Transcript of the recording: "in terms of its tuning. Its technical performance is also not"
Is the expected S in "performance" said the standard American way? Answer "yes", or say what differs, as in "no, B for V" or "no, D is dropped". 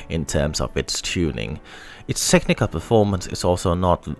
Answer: yes